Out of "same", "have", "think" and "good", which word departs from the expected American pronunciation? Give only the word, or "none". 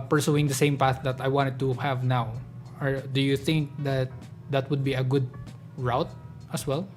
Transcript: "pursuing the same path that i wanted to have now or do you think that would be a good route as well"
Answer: none